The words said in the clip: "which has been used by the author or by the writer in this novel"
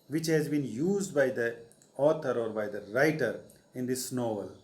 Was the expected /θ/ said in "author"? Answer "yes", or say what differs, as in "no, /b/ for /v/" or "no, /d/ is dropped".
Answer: no, /t/ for /θ/